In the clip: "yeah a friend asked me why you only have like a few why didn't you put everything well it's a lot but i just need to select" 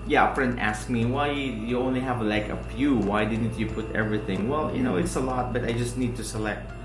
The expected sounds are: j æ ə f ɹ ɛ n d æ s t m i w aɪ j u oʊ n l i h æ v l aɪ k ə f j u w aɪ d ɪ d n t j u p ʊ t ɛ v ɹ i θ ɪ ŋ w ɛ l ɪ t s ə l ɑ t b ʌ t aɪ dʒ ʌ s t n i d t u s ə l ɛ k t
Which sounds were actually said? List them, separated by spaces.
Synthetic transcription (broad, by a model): j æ ə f ɹ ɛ n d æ s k m i w aɪ j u oʊ n l i h æ v l aɪ k ə p j u w aɪ d ɪ d n t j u p ʊ t ɛ v ɹ i θ ɪ ŋ w ɛ l ɪ t s ə l ɑ t b ʌ t aɪ dʒ ʌ s t n i d t u s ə l ɛ k t